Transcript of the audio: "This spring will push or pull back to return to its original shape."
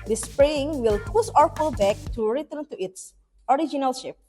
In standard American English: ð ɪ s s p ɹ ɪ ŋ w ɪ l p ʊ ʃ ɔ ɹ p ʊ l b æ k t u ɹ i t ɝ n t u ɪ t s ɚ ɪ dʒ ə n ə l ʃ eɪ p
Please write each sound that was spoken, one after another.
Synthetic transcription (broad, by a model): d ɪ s s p ɹ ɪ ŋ w ɪ l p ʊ s ɔ ɹ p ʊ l b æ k t u ɹ i t ɝ n t u ɪ t s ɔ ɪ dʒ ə n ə l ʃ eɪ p